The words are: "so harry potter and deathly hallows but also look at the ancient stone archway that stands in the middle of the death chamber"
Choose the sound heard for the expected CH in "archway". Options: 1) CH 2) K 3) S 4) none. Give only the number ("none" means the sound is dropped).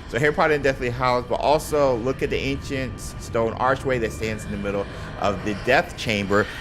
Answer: 1